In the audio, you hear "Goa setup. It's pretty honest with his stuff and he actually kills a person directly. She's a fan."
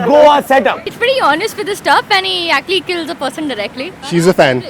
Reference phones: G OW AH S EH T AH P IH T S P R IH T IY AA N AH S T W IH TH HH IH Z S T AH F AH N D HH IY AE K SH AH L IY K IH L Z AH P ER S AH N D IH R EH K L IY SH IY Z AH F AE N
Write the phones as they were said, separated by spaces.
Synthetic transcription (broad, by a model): G OW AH S EH T AH P IH T S P R IH T IY AA N AH S T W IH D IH S T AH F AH N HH IY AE K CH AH L IY K IH L Z AH P ER S AH N D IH R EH K L IY SH IY Z AH F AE N